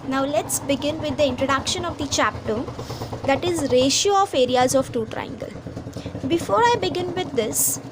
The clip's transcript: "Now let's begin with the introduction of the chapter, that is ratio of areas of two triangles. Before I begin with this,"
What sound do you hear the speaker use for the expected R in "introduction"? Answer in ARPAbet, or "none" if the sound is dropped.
R